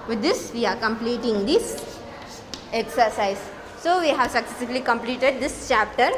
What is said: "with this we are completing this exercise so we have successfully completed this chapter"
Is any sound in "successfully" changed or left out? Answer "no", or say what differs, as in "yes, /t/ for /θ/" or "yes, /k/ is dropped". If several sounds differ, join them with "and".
yes, /f/ is dropped